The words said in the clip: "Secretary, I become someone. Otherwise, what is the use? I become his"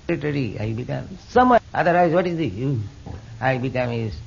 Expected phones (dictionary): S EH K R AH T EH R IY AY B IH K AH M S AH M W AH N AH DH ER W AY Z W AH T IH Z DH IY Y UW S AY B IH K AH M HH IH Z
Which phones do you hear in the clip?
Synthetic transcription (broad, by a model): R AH T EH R IY AY B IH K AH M S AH M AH AH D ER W AY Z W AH T IH Z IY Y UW AY B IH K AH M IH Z